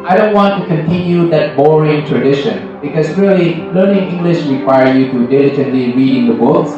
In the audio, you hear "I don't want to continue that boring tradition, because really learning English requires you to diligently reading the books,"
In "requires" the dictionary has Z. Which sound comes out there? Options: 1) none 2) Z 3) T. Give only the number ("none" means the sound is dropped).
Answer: 1